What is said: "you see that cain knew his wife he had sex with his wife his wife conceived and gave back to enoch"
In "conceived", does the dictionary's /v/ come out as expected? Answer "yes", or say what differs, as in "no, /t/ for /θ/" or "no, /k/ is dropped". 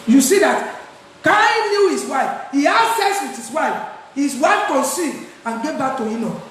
no, /v/ is dropped